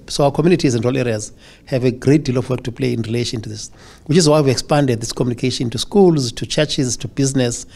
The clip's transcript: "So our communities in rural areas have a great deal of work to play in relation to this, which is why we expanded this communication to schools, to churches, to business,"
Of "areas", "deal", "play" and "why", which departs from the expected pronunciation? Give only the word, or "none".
none